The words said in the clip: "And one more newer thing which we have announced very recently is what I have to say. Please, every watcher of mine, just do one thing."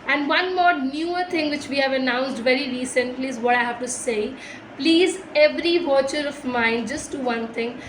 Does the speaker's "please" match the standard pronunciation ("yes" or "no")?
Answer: yes